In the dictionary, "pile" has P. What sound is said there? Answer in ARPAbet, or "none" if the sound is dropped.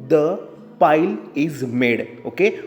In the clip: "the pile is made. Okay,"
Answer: P